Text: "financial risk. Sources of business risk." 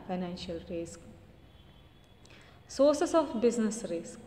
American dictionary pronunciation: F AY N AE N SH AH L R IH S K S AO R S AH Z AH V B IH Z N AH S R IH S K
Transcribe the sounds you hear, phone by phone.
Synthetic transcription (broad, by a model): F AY N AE N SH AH L R IH S K S AO R S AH S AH F B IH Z N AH S R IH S K